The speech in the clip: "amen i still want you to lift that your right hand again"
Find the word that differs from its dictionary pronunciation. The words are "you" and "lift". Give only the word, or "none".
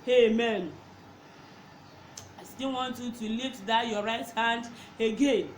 lift